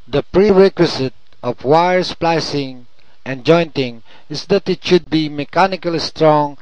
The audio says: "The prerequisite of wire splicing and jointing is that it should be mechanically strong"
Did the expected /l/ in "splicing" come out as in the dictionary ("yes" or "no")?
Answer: yes